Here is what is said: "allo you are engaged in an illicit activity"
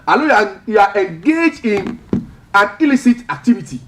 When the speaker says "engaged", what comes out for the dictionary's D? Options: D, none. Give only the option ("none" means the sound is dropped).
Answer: none